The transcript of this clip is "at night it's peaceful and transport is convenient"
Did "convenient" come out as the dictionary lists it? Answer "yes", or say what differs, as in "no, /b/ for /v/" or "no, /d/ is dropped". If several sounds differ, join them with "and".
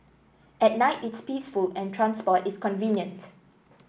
yes